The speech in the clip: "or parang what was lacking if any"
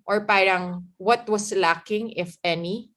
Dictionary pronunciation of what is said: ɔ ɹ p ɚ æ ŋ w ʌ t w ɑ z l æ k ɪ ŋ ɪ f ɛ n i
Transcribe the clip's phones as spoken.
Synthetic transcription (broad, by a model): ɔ ɹ p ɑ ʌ ŋ w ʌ t w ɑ s l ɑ k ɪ ŋ ɪ f ɛ n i